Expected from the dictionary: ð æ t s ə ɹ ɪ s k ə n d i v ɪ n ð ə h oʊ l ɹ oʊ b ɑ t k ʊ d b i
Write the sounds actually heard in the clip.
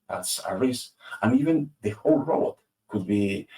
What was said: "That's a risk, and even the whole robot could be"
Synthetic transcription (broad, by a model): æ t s ə ɹ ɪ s ə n i v ɪ n ð ə h oʊ l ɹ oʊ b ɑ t k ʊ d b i